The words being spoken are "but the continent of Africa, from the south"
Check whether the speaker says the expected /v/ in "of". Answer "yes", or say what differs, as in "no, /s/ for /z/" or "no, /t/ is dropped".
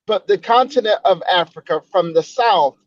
yes